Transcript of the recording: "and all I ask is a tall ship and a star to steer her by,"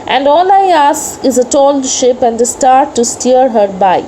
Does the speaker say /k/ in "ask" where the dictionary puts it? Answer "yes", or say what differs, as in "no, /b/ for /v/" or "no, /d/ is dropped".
no, /k/ is dropped